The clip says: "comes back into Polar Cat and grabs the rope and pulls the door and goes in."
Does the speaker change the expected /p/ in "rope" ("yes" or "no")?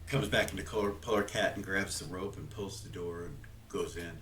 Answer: no